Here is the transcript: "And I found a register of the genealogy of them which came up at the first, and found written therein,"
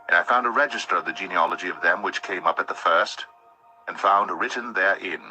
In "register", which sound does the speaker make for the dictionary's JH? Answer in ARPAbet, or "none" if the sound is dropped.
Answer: JH